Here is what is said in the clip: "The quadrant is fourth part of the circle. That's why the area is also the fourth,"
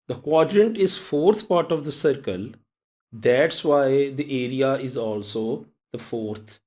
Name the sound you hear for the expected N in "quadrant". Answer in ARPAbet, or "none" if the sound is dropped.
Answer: N